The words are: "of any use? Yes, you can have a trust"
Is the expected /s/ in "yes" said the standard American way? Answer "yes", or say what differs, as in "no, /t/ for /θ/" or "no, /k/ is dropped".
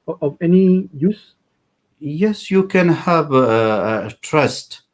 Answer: yes